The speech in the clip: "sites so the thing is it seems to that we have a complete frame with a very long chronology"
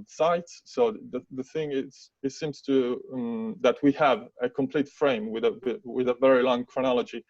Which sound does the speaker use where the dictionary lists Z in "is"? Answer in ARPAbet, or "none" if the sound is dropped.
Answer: S